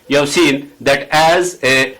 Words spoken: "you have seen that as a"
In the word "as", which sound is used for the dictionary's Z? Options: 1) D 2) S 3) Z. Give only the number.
3